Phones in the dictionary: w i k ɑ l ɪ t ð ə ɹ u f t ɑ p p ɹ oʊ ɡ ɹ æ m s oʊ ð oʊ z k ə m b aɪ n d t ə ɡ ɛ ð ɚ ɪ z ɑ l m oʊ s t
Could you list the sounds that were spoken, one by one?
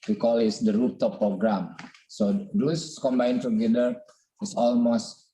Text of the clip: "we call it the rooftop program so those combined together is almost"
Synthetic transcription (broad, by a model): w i k ɑ l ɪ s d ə ɹ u p t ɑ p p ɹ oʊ ɡ ɹ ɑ m s oʊ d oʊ s k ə m b aɪ n t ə ɡ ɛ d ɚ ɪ s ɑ l m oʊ s t